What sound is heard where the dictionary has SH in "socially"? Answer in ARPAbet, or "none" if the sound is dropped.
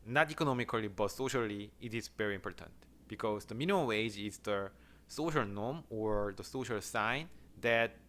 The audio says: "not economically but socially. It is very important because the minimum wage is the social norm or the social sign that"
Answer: SH